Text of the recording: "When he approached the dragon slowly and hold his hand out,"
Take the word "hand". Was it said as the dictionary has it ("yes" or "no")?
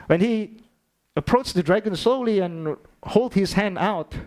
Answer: yes